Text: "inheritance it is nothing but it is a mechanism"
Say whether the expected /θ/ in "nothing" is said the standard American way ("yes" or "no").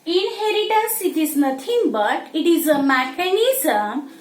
no